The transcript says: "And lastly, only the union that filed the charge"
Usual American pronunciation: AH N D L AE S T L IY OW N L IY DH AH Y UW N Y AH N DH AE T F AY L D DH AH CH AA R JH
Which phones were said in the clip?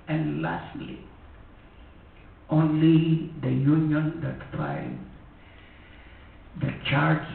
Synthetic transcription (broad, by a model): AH N D L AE S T L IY OW N L IY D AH Y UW N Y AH N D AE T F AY N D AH CH AA R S